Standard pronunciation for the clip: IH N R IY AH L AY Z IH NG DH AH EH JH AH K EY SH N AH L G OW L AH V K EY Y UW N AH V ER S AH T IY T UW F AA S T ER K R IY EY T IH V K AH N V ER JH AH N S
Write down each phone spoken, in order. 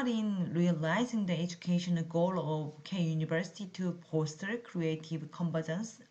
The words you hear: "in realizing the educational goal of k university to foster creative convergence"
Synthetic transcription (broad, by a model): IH N R IY AH L AY Z IH NG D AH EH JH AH K EY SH AH N G OW L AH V K EY Y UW N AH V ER S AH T IY T UW P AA S T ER K R IY EY T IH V K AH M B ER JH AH N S